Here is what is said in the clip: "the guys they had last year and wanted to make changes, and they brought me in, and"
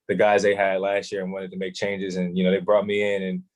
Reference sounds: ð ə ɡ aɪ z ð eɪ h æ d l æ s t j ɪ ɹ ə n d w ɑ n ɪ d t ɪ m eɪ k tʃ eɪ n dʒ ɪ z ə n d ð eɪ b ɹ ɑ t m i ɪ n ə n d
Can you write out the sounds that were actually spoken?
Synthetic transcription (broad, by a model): ð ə ɡ aɪ z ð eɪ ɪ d l æ s t j ɪ ɹ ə n w ɑ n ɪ d t ɪ m eɪ k tʃ eɪ n dʒ ɪ z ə n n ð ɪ b ɹ ɑ t m i ɪ n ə n